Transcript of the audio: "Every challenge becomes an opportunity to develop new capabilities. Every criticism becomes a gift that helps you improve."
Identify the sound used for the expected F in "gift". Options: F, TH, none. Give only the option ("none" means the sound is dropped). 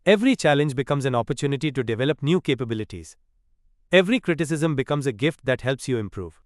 F